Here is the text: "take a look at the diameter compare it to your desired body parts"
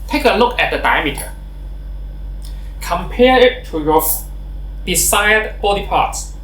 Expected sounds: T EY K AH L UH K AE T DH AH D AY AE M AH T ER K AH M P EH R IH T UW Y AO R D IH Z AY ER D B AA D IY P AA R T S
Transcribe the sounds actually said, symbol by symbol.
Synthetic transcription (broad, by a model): T EY K AH L UH K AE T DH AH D AY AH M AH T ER K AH M P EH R IH T UW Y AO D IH S AY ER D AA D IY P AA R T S